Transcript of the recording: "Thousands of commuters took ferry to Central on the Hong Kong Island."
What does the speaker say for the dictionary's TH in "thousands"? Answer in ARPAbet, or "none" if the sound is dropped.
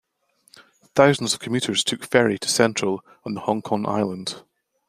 TH